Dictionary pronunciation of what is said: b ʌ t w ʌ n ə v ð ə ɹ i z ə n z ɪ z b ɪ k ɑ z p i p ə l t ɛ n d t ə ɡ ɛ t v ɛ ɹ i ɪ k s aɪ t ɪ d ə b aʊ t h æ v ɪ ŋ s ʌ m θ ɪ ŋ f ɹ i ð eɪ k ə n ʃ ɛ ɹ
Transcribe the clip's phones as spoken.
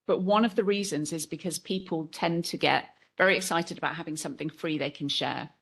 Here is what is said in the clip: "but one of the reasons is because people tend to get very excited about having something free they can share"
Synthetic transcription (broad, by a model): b ʌ t w ʌ n ə v ð ə ɹ i z ə n z ɪ z b ɪ k ɑ z p i p ə l t ɛ n t ə ɡ ɛ t v ɛ ɹ i ɪ k s aɪ t ɪ d ə b aʊ t h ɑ v ɪ ŋ s ʌ m θ ɪ ŋ f ɹ i ð eɪ k ə n ʃ ɛ